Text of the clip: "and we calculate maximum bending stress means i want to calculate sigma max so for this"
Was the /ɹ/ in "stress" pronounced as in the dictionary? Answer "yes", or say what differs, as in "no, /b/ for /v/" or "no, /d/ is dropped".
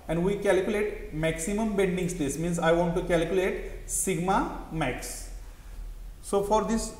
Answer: no, /ɹ/ is dropped